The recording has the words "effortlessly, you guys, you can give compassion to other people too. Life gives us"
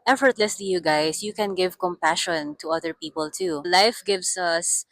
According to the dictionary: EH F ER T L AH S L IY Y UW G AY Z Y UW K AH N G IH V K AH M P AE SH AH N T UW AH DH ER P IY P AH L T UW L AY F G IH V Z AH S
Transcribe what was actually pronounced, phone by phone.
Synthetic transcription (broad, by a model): EH F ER T L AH S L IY Y UW G AY S Y UW K AH N G IH V K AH M P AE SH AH N T UW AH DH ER P IY P AH L T UW L AY F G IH V S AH S